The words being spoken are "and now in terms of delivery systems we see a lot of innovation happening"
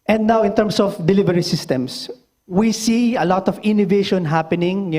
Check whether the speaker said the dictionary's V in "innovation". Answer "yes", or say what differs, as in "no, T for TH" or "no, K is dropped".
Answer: yes